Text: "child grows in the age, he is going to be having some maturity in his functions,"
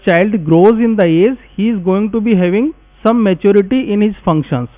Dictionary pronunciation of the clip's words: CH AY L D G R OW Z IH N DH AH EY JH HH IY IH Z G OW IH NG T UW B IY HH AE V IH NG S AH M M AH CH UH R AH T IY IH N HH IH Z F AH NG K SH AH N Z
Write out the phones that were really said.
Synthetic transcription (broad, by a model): CH AY L D G R OW Z IH N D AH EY Z HH IY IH Z G OW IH NG T UW B IY HH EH V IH NG S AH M M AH CH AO R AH T IY IH N HH IH Z F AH NG K SH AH N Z